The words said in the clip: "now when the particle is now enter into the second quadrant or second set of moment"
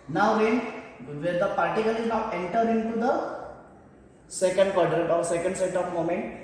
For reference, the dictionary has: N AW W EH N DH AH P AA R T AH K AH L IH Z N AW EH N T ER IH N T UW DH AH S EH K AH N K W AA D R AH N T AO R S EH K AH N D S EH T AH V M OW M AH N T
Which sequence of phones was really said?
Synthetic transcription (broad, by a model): N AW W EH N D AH P AA R T AH K AH L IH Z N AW EH N T ER IH N T UW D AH S EH K AH N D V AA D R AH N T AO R S EH K AH N D S EH T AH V M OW M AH N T